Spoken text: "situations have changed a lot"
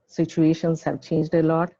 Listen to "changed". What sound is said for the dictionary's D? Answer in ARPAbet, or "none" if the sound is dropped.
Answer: D